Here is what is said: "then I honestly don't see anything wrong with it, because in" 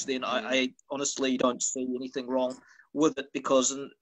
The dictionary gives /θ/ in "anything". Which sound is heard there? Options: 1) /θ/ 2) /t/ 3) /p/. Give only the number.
1